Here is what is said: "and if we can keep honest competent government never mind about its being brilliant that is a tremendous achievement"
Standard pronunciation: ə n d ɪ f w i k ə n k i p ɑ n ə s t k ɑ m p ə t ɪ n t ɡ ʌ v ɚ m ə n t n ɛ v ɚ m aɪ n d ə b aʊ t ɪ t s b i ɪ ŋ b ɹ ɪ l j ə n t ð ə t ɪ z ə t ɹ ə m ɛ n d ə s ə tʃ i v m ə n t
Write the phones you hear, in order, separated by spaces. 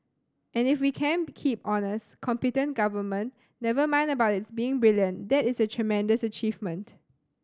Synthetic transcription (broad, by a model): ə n ɪ f w i k ə n k i p ɑ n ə s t k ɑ m p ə t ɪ n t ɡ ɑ v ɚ m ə n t n ɛ v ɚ m aɪ n d ə b aʊ t ɪ t s b i ɪ ŋ b ɹ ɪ l j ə n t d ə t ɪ s ə t ɹ ə m ɛ n d ə s ə tʃ i v m ə n t